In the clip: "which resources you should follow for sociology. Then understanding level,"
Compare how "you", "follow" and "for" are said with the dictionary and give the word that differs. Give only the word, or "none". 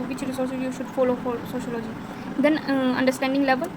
for